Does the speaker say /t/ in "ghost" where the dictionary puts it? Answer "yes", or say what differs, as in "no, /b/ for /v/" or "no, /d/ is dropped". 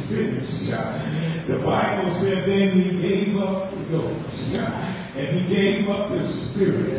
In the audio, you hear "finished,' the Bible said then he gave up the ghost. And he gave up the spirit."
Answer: no, /t/ is dropped